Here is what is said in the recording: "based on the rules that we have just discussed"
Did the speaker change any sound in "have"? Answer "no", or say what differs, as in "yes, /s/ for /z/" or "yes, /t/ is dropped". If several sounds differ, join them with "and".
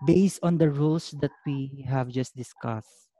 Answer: no